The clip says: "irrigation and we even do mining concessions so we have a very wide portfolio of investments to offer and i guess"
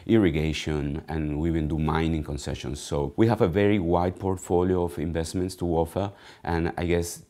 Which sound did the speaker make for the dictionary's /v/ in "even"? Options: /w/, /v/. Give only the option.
/w/